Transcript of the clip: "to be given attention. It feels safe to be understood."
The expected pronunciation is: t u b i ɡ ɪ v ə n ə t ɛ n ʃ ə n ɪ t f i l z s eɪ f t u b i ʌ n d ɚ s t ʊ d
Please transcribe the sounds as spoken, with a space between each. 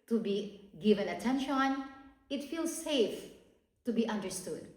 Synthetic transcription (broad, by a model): t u b i ɡ ɪ v ə n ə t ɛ n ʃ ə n ɪ t f i l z s eɪ f t u b i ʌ n d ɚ s t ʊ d